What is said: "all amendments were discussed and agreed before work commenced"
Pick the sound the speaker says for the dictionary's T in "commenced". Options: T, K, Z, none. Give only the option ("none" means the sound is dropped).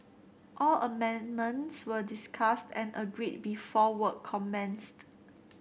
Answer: T